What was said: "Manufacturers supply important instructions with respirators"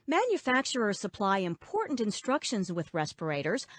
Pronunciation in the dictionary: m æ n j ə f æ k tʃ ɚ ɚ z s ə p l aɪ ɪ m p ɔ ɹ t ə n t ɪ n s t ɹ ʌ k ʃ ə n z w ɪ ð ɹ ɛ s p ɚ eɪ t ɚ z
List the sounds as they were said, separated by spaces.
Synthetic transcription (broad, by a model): m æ n j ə f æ k tʃ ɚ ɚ s ə p l aɪ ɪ m p ɔ ɹ t n t ɪ n s t ɹ ʌ k ʃ ə n z w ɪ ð ɹ ɛ s p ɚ eɪ t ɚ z